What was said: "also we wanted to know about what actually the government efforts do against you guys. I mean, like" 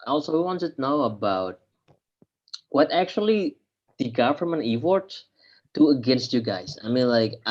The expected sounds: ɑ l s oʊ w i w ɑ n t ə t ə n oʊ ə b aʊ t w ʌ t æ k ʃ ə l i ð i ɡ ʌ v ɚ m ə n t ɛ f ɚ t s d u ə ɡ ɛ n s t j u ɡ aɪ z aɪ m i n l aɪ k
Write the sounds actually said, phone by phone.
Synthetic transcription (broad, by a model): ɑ l s oʊ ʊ w ɑ n t ə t n oʊ ə b aʊ t w ʌ t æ k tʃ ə l i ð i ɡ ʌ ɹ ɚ m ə n i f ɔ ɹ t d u ə ɡ ɛ n s t j u ɡ aɪ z aɪ m i n l aɪ k